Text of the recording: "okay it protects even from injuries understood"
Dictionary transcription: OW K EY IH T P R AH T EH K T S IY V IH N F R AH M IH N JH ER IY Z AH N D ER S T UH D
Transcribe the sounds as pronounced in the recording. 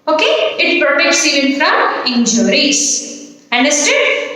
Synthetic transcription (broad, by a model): OW K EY IH T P AH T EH K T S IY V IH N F R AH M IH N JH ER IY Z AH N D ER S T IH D